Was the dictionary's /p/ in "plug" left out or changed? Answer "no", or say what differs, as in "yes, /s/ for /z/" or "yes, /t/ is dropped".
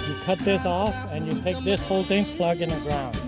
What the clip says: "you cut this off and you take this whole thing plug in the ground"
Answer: no